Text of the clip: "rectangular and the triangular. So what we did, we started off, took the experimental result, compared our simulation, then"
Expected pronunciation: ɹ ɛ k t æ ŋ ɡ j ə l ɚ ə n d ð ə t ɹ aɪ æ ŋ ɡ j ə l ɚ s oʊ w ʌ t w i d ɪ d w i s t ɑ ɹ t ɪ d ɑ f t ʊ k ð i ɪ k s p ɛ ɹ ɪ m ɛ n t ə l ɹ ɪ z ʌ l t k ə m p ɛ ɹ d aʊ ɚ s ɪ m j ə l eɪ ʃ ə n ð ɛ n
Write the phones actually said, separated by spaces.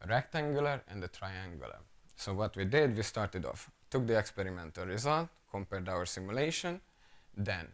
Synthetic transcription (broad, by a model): ɹ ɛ k t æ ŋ ɡ j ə l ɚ ə n d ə t ɹ aɪ æ ŋ ɡ j ə l ɚ s oʊ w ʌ t w i d ɪ d w i s t ɑ ɹ t ɪ d ɑ f t ʊ k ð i ɪ k s p ɛ ɹ ɪ m ɛ n t ə l ɹ ɪ z ʌ l t k ə m p ɛ ɹ d aʊ ɚ s ɪ m j ə l eɪ ʃ ə n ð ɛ n